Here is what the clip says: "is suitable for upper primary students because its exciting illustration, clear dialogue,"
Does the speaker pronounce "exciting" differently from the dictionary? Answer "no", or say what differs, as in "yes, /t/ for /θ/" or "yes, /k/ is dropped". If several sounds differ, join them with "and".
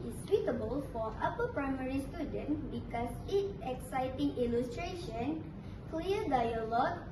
no